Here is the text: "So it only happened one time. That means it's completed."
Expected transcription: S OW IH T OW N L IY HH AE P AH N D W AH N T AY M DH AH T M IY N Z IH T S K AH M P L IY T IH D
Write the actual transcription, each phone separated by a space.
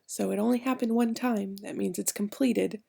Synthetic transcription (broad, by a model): S OW IH T OW N L IY HH AE P AH N D W AH N T AY M DH AH T M IY N Z IH T S K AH M P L IY T IH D